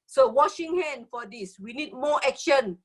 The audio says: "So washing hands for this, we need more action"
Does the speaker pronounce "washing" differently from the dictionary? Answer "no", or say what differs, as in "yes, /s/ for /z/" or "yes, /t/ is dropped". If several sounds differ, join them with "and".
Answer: no